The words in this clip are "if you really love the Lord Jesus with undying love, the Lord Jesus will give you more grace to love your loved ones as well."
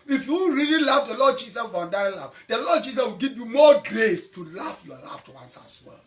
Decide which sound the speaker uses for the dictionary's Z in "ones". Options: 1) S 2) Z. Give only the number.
1